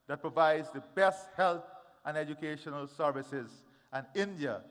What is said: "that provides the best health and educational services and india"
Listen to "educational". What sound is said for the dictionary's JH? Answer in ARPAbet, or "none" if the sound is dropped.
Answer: JH